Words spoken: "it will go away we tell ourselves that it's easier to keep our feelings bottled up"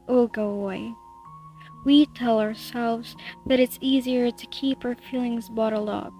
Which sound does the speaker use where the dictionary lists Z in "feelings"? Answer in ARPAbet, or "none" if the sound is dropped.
Z